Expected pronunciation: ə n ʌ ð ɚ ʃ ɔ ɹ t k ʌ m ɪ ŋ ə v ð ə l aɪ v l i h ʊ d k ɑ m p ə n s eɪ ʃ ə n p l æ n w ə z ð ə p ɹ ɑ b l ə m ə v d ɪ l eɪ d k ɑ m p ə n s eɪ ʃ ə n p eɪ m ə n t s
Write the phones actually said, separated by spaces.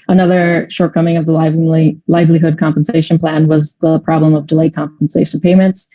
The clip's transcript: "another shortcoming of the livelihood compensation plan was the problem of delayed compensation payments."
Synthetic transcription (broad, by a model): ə n ʌ ð ɚ ʃ ɔ ɹ t k ʌ m ɪ ŋ ə v ð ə l aɪ v l i h ʊ d k ɑ m p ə n s eɪ ʃ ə n p l æ n w ə z ð ə p ɹ ɑ b l ə m ə v d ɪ l eɪ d k ɑ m p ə n s eɪ ʃ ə n p eɪ m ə n t s